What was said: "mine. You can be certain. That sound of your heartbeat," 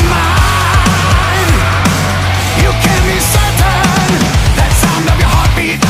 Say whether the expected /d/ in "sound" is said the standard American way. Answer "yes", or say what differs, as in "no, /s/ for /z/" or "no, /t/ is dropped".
yes